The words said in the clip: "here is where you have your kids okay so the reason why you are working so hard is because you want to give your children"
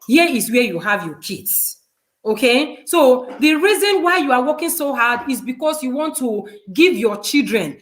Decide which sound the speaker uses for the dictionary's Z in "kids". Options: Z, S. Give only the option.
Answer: S